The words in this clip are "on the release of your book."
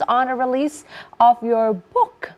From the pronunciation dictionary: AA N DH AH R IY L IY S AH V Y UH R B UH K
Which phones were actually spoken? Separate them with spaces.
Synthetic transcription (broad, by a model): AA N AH R IY L IY S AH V Y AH R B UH K